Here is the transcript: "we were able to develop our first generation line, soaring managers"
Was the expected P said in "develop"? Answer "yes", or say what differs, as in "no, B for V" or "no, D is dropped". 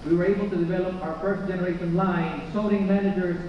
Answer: yes